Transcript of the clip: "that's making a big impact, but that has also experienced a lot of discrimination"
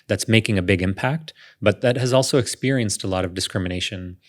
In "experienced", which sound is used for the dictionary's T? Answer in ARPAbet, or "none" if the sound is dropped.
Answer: T